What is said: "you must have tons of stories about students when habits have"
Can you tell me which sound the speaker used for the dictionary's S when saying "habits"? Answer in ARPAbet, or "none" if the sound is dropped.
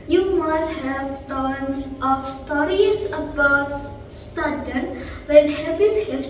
none